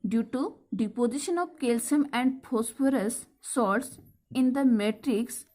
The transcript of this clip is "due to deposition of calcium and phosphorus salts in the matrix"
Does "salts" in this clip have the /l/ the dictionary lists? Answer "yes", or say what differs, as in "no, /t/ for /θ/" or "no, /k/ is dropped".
no, /l/ is dropped